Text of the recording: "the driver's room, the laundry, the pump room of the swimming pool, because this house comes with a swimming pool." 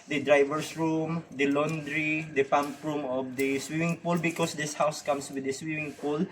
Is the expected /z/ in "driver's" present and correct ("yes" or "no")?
no